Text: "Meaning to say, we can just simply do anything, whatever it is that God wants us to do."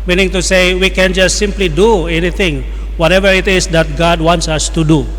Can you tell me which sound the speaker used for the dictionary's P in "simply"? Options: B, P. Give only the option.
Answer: P